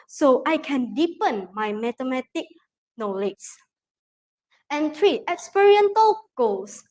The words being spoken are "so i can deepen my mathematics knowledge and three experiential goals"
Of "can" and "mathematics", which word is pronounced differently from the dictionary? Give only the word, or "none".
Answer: mathematics